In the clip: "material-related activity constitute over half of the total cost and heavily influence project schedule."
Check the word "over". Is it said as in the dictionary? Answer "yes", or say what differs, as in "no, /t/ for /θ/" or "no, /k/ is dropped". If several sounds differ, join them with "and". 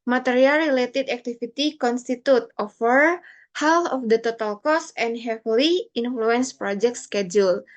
no, /f/ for /v/